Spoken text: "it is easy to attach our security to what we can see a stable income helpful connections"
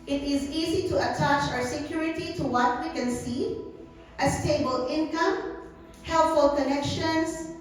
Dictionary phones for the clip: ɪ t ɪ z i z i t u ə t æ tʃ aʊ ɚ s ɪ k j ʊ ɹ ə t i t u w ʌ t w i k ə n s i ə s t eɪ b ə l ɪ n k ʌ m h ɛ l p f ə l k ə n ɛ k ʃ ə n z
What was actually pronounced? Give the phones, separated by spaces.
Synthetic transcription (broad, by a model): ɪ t ɪ z i z i t u ə t æ tʃ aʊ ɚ s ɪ k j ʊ ɹ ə t i t u w ʌ t w i k ə n s i ə s t eɪ b ə l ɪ n k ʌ m h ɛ l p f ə l k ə n ɛ k ʃ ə n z